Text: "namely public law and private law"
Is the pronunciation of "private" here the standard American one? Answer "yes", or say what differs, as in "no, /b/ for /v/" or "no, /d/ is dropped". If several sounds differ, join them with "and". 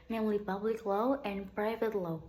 yes